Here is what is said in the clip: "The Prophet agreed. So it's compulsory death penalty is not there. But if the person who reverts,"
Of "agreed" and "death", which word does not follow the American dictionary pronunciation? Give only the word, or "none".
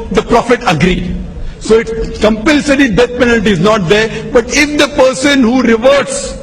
death